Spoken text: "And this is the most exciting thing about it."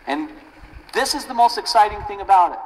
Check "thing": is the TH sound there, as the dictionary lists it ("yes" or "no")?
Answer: yes